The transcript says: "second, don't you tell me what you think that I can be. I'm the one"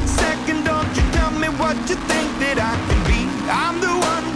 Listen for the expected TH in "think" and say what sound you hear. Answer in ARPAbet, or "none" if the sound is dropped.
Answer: TH